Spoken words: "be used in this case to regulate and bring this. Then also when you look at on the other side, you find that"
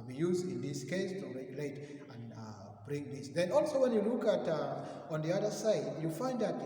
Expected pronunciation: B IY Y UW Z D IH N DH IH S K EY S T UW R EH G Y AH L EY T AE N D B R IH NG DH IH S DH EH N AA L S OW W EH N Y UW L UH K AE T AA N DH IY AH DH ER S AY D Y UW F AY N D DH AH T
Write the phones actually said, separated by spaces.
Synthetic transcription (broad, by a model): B IY Y UW Z D IH N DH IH S K EY S T UW R EH G Y AH L EY T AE N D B R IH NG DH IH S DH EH N AA L S OW W EH N Y UW L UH K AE T AA N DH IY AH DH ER S AY D Y UW F AY N D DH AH T